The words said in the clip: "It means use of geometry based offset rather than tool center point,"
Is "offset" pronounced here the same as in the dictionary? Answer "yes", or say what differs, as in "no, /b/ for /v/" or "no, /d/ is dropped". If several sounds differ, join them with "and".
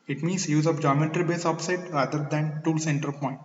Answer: no, /p/ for /f/